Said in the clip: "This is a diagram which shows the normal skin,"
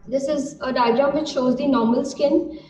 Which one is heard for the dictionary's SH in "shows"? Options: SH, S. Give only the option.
SH